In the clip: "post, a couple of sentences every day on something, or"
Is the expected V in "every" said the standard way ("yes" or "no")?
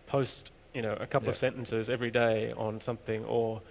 yes